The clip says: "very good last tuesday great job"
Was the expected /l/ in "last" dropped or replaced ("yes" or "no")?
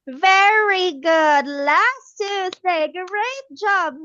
no